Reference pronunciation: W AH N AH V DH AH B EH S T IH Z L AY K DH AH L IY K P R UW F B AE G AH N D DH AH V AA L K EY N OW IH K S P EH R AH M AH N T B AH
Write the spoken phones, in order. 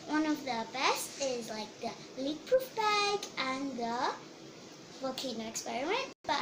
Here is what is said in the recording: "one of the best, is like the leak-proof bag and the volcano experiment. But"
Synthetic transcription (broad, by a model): W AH N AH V DH AH B EH S T IH Z L AY K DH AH L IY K P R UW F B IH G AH N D DH AH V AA K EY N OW IH K S P EH R AH M AH N T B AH